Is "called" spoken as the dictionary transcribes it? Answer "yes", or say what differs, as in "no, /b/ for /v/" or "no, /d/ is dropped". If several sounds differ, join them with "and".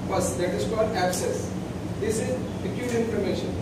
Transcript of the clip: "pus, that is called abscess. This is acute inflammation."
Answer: yes